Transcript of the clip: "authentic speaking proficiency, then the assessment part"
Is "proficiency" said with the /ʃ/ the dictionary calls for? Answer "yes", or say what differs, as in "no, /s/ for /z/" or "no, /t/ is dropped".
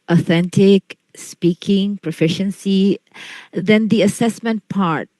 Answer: yes